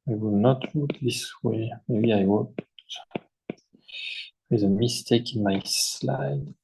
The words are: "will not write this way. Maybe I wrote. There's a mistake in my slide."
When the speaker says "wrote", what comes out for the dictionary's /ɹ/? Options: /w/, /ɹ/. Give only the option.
/w/